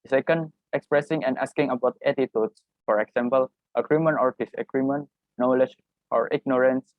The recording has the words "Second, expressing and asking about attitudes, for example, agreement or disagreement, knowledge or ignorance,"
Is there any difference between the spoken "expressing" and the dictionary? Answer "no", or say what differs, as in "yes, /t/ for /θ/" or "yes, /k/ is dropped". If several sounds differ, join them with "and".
no